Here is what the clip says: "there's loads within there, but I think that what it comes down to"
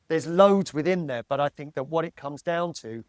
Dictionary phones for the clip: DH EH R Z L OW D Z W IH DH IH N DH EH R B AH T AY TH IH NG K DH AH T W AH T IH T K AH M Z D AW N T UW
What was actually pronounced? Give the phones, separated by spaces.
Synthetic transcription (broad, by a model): DH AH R Z L OW D Z W IH DH IH N DH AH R B AH T AY TH IH NG K DH AH T W AH T IH T K AH M Z D AW N T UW